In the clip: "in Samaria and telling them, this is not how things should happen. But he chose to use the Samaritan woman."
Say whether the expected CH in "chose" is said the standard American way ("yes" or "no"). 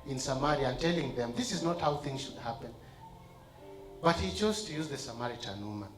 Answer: yes